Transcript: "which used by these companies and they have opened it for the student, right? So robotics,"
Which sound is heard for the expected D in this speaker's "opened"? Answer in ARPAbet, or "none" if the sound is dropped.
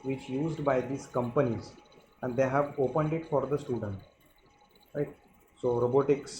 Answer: D